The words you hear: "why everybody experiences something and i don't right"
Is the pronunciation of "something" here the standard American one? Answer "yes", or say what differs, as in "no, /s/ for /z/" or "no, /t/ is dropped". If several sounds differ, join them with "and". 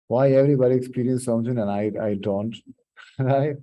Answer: no, /t/ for /θ/